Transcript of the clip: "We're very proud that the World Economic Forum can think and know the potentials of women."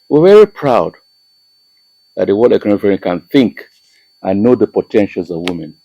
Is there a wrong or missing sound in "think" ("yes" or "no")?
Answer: no